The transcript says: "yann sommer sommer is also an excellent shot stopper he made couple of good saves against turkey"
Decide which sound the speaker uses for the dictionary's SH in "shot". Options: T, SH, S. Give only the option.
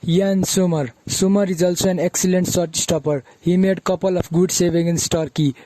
S